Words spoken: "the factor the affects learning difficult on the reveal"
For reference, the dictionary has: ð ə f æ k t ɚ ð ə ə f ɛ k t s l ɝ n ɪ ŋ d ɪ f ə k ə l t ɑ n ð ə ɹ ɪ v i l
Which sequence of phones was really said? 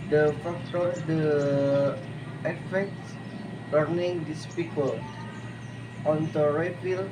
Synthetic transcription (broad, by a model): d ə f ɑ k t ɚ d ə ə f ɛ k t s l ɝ n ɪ ŋ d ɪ p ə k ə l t ɑ n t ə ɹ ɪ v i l